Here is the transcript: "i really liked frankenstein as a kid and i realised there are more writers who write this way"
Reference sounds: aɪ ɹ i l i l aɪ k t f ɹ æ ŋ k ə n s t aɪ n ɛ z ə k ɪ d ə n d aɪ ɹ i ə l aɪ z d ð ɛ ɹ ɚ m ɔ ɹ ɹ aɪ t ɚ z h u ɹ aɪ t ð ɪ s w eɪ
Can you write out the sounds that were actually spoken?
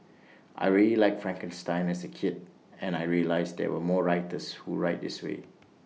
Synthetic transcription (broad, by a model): aɪ ɹ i l i l aɪ k f ɹ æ ŋ k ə n s t aɪ n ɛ s ə k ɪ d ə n aɪ ɹ i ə l aɪ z d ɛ w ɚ m ɔ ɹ ɹ aɪ t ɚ s h u ɹ aɪ t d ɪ s w eɪ